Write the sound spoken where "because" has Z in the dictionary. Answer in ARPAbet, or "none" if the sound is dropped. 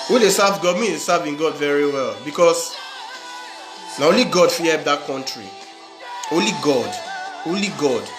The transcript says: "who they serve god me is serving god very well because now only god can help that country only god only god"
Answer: S